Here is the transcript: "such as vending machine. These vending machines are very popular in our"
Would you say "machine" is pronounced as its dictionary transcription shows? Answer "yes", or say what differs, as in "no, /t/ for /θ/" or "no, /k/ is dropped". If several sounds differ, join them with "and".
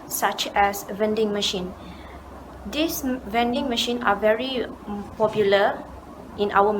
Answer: yes